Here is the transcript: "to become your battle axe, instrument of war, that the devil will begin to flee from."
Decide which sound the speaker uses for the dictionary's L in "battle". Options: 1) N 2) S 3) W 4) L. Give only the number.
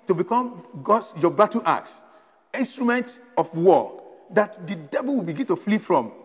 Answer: 1